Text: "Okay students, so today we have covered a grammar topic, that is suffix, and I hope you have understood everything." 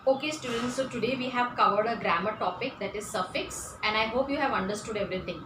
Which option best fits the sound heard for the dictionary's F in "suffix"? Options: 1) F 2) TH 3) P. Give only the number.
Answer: 1